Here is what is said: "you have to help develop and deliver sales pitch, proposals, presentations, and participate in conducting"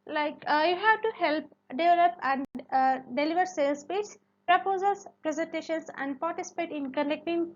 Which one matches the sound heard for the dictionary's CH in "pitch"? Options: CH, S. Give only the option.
S